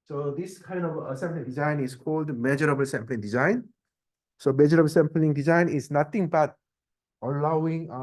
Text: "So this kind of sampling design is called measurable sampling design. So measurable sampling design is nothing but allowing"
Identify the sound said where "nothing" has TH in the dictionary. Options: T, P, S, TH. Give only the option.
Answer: T